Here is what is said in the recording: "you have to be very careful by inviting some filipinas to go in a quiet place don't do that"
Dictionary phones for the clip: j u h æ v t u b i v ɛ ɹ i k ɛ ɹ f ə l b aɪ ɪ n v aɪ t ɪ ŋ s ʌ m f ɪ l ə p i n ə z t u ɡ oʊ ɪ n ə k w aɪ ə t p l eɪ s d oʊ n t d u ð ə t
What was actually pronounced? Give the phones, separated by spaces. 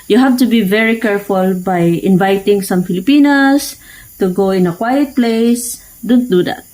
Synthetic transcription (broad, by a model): j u h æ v t u b i v ɛ ɹ i k ɛ ɹ f ə l b aɪ ɪ n v aɪ t ɪ ŋ s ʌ m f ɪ l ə p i n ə s t u ɡ oʊ ɪ n ə k w aɪ ə t p l eɪ s d oʊ n t d u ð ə t